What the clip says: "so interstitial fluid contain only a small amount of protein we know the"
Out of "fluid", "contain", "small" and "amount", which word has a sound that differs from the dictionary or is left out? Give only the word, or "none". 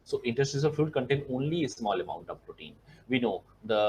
fluid